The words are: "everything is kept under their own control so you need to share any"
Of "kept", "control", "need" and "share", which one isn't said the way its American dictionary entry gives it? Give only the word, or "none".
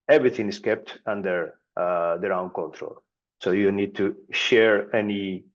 none